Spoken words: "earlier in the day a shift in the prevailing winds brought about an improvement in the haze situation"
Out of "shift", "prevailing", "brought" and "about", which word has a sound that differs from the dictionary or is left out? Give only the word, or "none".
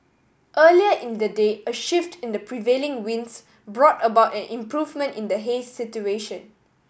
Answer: none